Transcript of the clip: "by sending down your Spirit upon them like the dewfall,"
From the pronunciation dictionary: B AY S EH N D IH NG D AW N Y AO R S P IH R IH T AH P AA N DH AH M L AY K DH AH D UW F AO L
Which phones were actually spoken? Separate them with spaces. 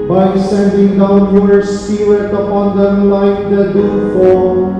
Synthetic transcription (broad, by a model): B AY S EH N D IH NG D AW N Y AO R S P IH L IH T AH P AA N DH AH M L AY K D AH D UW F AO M